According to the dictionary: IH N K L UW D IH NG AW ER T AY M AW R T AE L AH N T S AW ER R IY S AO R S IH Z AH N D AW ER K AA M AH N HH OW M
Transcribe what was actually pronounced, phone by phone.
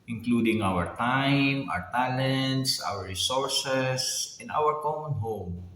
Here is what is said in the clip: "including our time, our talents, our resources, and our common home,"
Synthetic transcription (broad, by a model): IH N K L UW D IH NG AW ER T AY M AW R T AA L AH N T S AW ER R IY S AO R S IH S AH N AW ER K AA M AH N HH OW M